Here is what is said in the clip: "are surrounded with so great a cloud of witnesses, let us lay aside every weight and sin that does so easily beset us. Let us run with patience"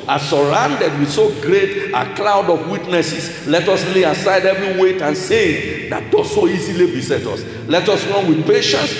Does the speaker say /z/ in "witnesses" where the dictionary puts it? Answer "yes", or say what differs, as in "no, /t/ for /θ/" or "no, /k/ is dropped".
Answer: no, /s/ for /z/